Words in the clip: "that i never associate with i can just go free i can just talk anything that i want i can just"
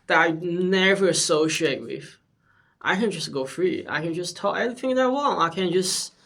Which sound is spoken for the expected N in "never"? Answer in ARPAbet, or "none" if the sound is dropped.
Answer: N